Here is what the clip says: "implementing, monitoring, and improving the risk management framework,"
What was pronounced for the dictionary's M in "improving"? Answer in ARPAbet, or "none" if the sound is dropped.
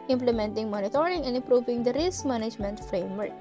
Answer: none